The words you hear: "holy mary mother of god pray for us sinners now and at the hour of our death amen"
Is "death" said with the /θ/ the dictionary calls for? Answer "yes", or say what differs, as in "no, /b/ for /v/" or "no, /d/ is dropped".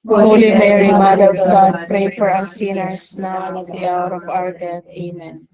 no, /t/ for /θ/